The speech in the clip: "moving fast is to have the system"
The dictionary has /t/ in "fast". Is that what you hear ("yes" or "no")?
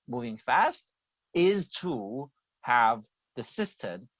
yes